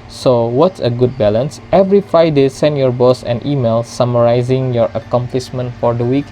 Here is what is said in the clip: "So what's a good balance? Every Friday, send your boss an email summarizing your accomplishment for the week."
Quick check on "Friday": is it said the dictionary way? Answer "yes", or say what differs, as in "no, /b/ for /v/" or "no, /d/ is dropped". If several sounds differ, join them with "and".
no, /ɹ/ is dropped